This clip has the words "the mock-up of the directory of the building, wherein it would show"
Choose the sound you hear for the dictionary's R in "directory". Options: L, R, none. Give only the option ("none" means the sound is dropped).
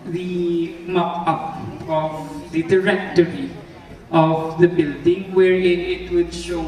R